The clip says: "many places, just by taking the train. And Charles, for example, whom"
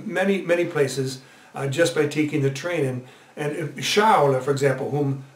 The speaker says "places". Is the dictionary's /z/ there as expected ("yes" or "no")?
yes